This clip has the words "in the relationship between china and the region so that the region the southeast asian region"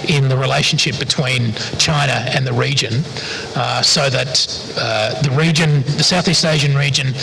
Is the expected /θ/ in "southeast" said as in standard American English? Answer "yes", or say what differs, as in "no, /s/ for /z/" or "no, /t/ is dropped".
yes